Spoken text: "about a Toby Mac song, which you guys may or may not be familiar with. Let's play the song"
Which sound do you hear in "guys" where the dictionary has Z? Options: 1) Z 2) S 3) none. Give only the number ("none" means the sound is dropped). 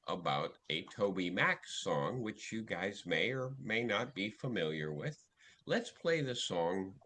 1